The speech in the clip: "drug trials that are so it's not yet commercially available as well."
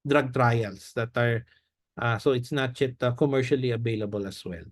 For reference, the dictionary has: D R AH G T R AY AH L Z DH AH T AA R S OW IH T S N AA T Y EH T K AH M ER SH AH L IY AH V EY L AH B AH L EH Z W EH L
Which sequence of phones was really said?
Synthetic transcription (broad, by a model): D R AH G T R AY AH L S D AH T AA R S OW IH T S N AA T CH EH T K AH M ER SH AH L IY AH V EY L AH B AH L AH S W EH L